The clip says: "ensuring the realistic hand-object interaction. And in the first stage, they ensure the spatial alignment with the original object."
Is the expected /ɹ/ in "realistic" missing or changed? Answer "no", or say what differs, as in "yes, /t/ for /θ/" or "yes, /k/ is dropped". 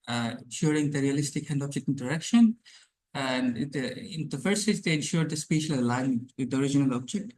no